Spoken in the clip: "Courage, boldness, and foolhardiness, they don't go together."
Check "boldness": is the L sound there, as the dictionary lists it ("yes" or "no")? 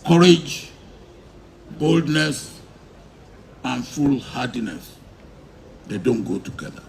yes